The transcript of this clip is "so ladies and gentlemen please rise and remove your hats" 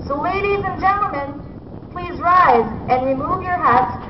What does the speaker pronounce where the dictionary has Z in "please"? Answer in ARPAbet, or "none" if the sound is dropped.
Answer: Z